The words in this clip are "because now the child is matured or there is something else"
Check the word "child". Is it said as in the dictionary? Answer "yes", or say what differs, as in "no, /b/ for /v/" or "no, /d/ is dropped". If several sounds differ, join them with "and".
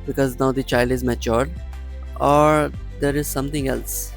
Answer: yes